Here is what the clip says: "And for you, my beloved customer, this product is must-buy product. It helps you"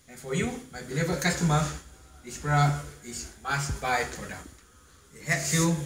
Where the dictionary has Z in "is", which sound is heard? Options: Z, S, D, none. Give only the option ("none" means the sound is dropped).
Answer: S